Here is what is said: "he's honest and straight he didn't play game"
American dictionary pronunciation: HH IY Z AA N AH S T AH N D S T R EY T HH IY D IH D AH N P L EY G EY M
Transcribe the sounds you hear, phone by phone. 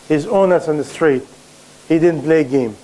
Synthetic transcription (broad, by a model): HH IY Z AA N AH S AH N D S T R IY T HH IY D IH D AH N P L EY G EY M